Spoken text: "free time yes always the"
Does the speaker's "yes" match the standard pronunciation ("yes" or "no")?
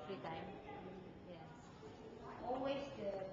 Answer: no